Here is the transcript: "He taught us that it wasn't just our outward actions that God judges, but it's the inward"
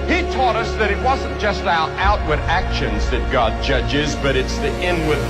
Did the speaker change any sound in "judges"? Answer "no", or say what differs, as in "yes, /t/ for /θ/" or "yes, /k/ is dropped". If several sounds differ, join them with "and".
no